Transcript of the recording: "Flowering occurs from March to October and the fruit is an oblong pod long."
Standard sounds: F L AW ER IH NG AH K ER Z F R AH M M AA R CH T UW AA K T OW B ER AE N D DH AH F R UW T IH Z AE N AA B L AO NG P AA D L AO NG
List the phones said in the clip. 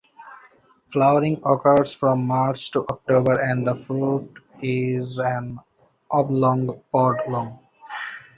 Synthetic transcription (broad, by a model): F L AW ER IH NG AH K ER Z F R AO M M AA R CH T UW AA K T OW B ER AE N D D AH F R UW T IH Z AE N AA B L AO NG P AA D L AO NG